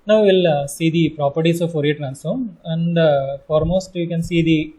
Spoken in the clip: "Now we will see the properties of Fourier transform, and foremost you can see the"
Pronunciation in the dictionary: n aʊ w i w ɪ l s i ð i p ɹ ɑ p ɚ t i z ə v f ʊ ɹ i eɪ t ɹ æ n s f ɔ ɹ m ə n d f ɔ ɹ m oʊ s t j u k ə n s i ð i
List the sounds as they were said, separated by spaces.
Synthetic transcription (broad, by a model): n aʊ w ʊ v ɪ l s i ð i p ɹ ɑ p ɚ t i s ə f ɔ ɹ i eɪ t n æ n s ɔ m ə n d f ɔ ɹ m oʊ s t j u k ə n s i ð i